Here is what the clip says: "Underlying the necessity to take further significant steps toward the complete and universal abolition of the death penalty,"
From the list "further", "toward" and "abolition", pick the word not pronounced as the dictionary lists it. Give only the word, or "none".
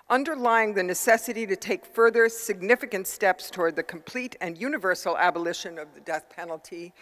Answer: none